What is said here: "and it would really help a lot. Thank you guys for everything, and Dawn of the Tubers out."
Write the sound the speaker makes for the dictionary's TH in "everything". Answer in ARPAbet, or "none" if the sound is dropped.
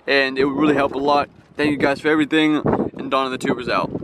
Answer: TH